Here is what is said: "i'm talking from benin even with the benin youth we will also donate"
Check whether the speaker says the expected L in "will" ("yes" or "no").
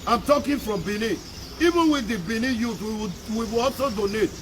no